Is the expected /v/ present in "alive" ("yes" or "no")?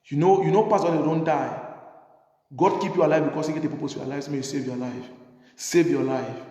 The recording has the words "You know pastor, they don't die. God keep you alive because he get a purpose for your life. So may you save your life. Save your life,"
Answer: yes